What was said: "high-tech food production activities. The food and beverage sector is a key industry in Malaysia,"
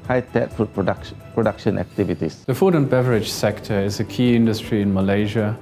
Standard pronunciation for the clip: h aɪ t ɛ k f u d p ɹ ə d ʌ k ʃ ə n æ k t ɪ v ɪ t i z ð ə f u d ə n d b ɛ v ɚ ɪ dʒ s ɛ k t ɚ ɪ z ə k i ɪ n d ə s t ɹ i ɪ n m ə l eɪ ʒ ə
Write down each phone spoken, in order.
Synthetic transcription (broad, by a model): h aɪ t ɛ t f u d p ɹ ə d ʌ k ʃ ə n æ k t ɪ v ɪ t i s ð ə f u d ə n b ɛ v ɚ ɪ dʒ s ɛ k t ɚ ɪ z ə k i ɪ n d ə s t ɹ i ɪ n m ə l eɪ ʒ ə